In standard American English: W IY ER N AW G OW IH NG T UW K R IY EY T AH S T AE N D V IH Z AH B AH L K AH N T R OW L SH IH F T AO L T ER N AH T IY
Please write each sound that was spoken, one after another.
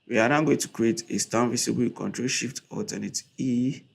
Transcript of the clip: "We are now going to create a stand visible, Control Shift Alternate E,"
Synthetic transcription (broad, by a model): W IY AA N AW G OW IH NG T UW K R IY EY T AH S T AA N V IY S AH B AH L K AH N T R OW L SH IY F T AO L T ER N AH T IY